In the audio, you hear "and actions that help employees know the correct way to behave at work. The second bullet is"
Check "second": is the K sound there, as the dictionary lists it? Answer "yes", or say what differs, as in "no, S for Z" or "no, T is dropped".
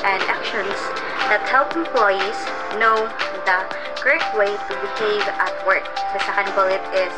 no, K is dropped